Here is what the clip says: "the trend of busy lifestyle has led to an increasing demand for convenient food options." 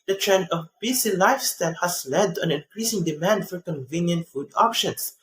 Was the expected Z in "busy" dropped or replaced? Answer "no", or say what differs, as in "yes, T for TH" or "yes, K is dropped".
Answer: yes, S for Z